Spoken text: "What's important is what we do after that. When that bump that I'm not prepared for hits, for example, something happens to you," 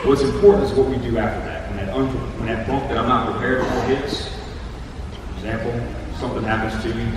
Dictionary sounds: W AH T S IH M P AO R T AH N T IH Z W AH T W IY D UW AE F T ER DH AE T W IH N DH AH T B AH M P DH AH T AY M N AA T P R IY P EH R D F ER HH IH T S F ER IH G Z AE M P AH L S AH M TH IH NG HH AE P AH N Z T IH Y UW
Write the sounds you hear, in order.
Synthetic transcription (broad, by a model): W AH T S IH M P AO R T N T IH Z W AH T W IY D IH AE F T ER DH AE T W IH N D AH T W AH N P DH AH T AY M N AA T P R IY P EH R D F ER HH IH T S F ER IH G Z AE M P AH L S AH M TH IH NG HH AE P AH N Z T IH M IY